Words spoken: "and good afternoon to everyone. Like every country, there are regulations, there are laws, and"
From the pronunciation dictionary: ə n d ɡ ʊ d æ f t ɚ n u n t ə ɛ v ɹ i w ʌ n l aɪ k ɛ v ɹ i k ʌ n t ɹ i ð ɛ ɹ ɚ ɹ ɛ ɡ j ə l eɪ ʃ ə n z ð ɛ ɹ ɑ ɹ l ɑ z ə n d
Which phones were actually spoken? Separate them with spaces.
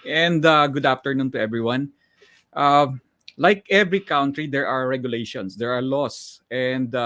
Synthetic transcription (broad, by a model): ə n d ɡ ʊ d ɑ f t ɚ n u n t ə ɛ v ɹ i w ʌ n l aɪ k ɛ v ɹ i k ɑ n t ɹ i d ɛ ɹ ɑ ɹ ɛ ɡ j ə l eɪ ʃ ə n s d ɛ ɹ ɑ ɹ l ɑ s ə n d